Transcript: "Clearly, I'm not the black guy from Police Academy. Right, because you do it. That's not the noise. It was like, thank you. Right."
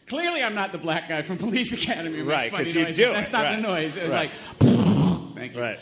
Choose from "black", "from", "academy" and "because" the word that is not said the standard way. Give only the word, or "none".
because